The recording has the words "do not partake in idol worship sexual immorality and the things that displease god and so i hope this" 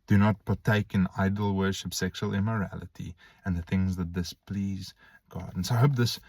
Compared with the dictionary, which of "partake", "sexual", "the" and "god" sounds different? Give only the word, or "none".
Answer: none